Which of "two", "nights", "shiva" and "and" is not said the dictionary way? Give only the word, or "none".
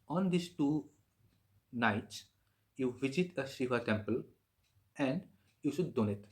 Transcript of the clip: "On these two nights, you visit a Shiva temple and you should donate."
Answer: shiva